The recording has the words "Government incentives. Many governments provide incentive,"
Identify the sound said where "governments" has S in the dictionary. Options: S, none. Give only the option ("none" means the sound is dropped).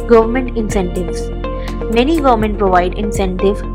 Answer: none